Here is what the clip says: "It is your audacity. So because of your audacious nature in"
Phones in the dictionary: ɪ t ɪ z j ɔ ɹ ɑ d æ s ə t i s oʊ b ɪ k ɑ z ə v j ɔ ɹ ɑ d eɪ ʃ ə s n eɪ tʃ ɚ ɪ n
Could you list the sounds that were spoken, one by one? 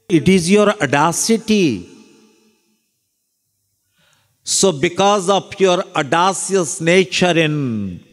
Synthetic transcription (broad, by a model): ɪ t ɪ z j ɔ ɹ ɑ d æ s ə t i s oʊ b ɪ k ɑ z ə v j ɔ ɹ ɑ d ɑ s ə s n eɪ tʃ ɚ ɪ n